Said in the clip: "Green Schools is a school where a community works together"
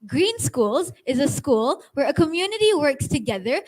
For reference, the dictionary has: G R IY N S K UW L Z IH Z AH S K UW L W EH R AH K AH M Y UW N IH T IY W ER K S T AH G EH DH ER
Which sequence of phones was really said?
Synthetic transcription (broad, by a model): G R IY N S K UW L Z IH Z AH S K UW L W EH R AH K AH M Y UW N IH T IY W ER K S T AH G EH DH ER